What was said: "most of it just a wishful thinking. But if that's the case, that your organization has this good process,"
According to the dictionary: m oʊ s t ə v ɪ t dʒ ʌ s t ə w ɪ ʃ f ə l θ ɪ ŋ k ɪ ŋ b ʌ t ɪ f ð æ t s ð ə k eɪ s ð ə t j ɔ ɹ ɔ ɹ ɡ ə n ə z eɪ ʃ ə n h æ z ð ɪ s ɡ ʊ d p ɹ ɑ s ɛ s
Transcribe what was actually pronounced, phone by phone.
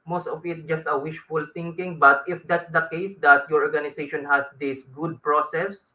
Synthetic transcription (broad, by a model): m oʊ s t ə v ɪ t dʒ ʌ s t ə w ɪ ʃ f ə l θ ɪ ŋ k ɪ ŋ b ʌ t ɪ f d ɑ t s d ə k eɪ s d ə t j ɔ ɹ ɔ ɹ ɡ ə n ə s eɪ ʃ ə n h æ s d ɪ s ɡ ʊ d p ɹ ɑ s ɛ s